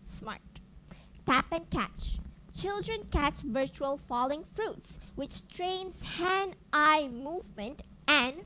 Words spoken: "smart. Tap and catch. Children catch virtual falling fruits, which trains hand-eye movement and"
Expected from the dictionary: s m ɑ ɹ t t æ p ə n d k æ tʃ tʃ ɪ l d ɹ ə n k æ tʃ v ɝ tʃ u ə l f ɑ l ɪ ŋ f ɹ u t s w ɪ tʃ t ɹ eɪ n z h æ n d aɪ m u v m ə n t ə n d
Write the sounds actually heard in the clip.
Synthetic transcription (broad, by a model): s m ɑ ɹ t t æ p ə n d k æ tʃ tʃ ɪ l d ɹ ə n k æ tʃ v ɝ tʃ u ə l f ɑ l ɪ ŋ f ɹ u t s w ɪ tʃ t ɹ eɪ n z h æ n aɪ m u v m ə n t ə n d